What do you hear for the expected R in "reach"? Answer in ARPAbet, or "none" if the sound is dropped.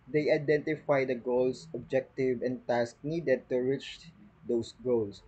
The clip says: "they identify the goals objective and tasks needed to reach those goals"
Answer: R